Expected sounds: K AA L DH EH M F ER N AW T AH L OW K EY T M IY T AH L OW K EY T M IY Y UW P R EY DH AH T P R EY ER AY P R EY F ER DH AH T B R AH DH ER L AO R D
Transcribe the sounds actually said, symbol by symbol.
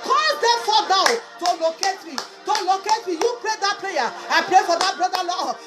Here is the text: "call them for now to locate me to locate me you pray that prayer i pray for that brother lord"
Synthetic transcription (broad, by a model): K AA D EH F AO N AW T AH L OW K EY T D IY T AH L OW K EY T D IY Y UW P R EY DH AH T P L EY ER AY P R EY F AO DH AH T B R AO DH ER L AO